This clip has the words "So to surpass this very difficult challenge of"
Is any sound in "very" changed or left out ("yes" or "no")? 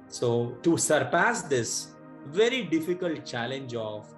no